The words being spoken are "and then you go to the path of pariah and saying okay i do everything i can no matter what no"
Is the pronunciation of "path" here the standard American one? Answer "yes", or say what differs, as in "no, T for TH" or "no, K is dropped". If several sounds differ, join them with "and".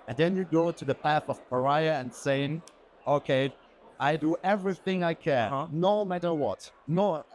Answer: yes